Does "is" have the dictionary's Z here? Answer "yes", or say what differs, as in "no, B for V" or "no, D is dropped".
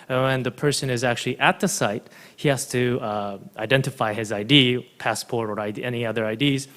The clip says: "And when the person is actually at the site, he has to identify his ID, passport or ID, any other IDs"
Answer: yes